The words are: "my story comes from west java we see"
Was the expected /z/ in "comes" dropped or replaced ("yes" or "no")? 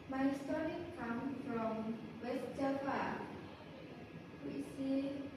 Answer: yes